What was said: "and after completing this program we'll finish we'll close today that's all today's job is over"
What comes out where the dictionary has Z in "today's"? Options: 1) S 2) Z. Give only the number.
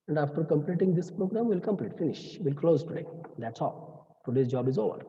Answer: 1